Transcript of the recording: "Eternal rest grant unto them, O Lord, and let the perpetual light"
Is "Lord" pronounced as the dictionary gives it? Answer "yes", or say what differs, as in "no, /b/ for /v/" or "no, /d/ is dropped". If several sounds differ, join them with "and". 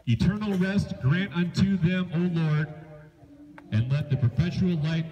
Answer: yes